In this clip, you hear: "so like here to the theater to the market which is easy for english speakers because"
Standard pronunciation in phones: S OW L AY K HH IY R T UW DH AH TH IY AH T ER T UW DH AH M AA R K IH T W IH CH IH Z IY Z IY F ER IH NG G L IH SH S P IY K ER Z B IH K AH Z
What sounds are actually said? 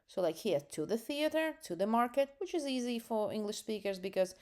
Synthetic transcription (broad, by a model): S OW L AY K HH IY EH T UW DH AH TH IY AH T ER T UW DH AH M AA R K IH T W IH CH IH Z IY Z IY F ER IH NG G L IH SH S P IY K ER Z B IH K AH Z